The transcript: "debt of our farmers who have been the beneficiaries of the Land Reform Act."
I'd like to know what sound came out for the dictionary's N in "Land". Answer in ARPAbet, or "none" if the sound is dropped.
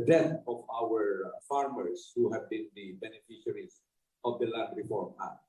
none